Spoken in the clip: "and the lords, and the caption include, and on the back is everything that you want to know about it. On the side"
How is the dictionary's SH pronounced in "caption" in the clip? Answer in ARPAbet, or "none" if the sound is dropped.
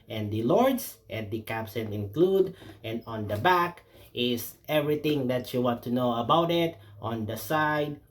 S